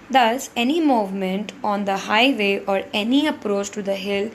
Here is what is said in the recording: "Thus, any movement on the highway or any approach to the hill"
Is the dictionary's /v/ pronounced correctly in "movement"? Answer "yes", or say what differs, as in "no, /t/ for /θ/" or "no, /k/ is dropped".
yes